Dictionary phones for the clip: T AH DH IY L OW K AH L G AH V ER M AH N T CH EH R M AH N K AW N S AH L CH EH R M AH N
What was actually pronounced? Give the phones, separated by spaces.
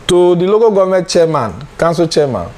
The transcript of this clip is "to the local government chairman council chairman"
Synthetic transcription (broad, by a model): T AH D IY L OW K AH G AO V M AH T CH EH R M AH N K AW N S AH CH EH M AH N